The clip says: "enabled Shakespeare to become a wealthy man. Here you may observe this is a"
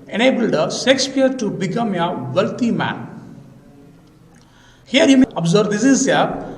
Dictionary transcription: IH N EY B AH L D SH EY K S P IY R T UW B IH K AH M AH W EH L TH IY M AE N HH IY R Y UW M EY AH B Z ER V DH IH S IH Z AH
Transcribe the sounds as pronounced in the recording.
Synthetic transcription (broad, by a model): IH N EY B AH L D S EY K S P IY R T UW B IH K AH M AH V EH L T IY M AE N HH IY R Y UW M EY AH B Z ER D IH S IH Z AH